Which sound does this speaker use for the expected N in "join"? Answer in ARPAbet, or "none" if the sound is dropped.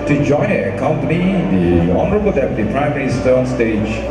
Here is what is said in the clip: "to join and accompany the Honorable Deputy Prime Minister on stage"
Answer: none